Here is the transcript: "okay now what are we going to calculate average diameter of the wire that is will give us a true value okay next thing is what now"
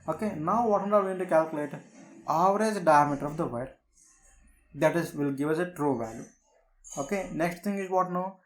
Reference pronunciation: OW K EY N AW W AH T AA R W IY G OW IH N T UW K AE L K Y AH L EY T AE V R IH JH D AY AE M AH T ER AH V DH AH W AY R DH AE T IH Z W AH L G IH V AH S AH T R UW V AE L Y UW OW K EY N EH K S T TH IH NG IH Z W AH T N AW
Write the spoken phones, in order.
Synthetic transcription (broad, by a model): OW K EY N AW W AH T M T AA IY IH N T UW K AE L K Y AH L EY T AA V R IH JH D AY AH M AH T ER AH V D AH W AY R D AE T IH Z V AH L G IH V AH S AH T R UW V AE L Y UW OW K EY N EH K S T T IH NG IH Z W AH T N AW